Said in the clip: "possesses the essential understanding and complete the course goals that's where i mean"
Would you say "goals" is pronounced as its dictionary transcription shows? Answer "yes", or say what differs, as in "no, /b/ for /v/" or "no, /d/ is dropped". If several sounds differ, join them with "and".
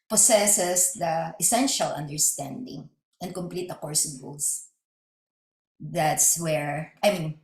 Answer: no, /s/ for /z/